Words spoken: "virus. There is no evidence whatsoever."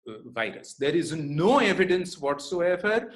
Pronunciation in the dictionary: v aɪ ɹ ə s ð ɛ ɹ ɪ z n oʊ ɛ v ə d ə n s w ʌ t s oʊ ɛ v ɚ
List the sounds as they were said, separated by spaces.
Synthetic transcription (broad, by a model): v aɪ ɹ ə s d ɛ ɹ ɪ z n oʊ ɛ v ə d ə n s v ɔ t s oʊ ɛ v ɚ